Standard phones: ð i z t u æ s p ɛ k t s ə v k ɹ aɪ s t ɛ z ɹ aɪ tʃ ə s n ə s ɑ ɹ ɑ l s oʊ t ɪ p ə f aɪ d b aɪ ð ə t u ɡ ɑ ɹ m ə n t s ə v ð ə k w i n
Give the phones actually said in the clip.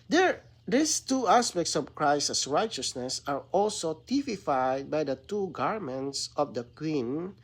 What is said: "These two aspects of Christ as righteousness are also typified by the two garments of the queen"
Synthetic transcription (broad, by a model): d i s t u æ s p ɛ k t s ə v k ɹ aɪ s ʌ s ɹ aɪ tʃ ə s n ə s ɑ ɹ ɑ l s oʊ t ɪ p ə f aɪ d b aɪ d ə t u ɡ ɑ ɹ m ə n t s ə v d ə k w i n